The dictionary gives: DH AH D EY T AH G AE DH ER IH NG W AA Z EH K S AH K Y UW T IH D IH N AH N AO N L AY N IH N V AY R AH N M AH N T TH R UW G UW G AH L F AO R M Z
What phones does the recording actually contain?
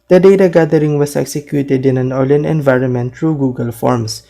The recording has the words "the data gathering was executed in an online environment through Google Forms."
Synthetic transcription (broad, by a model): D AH D EY T AH G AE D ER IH NG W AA S EH K S AH K Y UW T IH D IH N AH N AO L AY N IH N V AY R AH N M AH N T R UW G UW G AH L F AO R M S